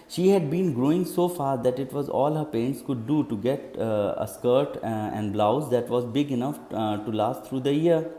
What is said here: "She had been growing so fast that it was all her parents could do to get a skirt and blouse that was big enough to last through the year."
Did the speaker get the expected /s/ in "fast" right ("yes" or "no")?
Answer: no